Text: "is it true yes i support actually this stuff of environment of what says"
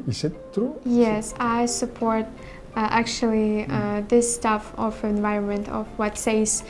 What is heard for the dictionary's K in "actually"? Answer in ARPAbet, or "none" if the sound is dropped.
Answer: K